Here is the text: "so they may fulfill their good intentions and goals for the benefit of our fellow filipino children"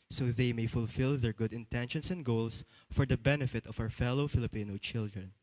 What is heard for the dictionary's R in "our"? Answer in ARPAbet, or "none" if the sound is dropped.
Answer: W